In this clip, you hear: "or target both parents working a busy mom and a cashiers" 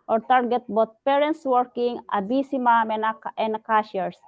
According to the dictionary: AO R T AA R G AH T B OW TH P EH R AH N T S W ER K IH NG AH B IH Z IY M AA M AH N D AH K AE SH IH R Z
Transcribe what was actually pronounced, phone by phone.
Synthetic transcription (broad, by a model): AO R T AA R G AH T B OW T P EH R AH N T S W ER K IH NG AH B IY S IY M AA M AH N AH K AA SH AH R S